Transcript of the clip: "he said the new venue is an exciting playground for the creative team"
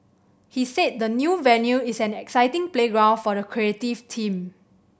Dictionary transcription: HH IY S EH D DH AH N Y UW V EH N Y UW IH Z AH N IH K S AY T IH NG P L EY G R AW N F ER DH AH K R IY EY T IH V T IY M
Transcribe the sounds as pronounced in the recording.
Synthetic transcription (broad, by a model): HH IY S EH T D AH N Y UW V EH N Y UW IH S AH N IH K S AY T IH NG P L EY G R AW N F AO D AH K R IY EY T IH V T IY M